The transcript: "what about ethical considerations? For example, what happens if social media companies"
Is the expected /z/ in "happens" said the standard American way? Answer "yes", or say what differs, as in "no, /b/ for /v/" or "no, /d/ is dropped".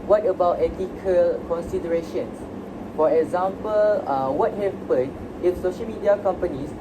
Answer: no, /z/ is dropped